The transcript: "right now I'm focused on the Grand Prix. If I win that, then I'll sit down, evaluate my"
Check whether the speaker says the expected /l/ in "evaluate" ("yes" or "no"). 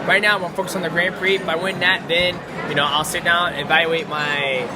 no